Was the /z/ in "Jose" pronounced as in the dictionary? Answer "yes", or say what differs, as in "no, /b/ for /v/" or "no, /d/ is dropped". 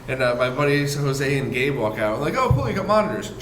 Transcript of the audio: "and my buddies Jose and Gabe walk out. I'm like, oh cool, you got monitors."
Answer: yes